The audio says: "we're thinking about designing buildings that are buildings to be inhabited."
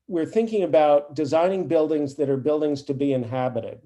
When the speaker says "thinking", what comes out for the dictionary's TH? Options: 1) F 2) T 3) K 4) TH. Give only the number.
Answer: 4